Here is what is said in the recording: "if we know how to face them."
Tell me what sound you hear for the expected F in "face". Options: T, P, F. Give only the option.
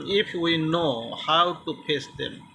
P